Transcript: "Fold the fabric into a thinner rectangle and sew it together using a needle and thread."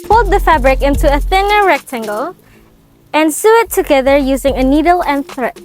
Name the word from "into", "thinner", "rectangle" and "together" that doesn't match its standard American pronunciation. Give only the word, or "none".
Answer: none